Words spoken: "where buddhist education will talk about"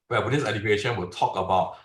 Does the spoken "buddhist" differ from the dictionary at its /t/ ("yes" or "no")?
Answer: yes